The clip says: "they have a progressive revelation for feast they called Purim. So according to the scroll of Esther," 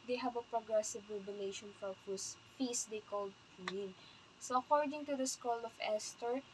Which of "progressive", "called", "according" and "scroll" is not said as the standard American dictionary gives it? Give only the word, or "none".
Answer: scroll